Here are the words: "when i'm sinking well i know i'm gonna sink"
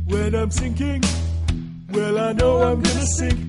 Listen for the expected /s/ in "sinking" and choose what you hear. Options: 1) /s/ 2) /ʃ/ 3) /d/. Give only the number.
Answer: 1